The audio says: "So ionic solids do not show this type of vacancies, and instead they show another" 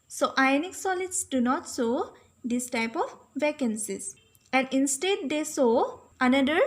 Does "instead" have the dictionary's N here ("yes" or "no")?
yes